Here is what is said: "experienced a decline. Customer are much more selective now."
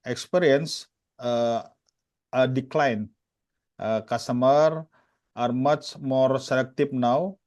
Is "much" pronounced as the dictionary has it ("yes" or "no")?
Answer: no